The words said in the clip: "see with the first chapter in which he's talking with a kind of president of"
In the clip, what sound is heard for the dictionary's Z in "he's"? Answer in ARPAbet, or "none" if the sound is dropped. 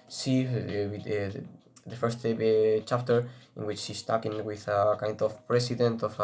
S